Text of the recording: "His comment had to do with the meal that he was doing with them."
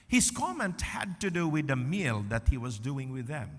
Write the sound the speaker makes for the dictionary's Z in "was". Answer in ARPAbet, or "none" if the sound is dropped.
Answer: Z